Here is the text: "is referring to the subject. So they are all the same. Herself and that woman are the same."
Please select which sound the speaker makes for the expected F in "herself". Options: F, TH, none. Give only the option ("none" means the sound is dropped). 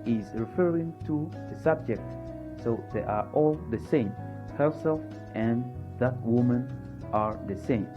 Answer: none